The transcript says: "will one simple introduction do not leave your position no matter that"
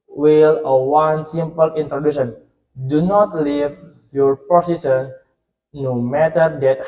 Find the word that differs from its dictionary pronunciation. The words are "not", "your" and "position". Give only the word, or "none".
position